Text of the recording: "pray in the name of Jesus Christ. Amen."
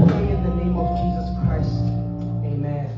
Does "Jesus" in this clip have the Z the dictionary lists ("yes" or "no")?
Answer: yes